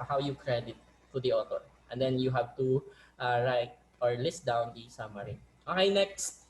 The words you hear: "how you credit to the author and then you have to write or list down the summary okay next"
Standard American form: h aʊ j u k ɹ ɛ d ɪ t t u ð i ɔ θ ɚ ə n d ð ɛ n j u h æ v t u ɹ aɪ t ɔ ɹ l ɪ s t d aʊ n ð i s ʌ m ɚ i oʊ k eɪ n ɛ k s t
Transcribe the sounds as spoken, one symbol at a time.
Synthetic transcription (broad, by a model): h aʊ j u k ɹ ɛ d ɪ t t u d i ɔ t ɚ ə n d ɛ n j u h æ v t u ɹ aɪ t ɔ ɹ l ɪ s d aʊ n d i s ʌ m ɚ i oʊ k eɪ n ɛ k s t